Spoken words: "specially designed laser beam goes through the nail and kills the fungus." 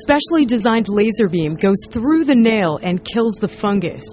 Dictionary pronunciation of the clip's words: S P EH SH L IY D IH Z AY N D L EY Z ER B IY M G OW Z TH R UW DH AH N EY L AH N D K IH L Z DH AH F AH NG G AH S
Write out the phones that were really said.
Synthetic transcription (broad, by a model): S P EH SH L IY D IH Z AY N D L EY Z ER B IY M G OW Z TH R UW DH AH N EY L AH N K IH L Z DH AH F AH NG G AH S